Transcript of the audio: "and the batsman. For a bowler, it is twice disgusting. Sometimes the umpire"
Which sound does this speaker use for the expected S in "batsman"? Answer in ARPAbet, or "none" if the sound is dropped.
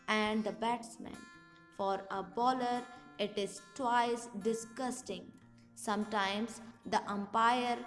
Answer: S